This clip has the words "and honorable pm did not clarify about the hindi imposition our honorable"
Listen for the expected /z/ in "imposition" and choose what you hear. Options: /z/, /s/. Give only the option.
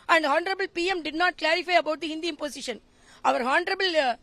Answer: /s/